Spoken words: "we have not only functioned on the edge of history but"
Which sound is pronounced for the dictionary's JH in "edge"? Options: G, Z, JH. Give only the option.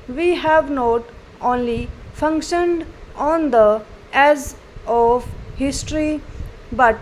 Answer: Z